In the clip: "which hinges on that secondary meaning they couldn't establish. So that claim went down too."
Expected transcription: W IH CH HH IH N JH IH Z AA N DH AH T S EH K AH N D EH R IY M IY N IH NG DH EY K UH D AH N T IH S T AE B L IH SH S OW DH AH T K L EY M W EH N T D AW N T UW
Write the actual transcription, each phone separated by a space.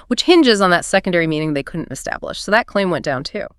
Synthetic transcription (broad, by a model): W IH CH HH IH N JH IH Z N DH AH T S EH K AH N D EH R IY M IY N IH NG DH EY K UH D N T IH S T AE B L IH SH S OW DH AH T K L EY M W EH N D AW N T UW